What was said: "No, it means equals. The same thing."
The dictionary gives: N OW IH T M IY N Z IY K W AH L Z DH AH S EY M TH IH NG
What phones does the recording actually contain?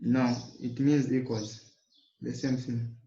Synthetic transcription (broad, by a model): N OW IH T M IY N Z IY K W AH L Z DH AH S EY M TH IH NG